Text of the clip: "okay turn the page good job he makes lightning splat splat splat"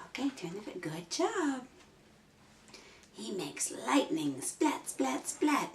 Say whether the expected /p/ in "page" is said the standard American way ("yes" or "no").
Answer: no